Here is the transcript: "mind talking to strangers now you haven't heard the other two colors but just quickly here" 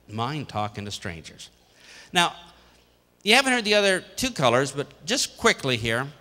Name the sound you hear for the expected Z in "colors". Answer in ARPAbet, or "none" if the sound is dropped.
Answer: Z